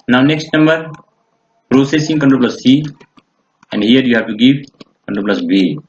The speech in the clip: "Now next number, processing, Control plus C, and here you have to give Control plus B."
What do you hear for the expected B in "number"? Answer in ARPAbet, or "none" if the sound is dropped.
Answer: B